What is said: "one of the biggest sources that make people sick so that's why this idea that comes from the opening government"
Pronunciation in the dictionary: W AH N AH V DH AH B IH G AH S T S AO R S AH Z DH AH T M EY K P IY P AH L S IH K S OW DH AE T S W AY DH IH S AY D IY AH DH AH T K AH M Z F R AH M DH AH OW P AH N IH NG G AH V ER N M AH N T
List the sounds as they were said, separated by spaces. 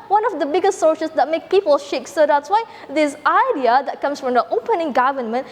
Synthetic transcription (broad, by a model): W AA N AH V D AH B IH G AH S T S AO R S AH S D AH T M EY K P IY P AH L SH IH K S OW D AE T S W AY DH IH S AY D IY AH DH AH T K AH M S F R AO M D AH OW P AH N IH NG G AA V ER N M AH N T